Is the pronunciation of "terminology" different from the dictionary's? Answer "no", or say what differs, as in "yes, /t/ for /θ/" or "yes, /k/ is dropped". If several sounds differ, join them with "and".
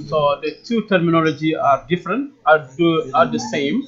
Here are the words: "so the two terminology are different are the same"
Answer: no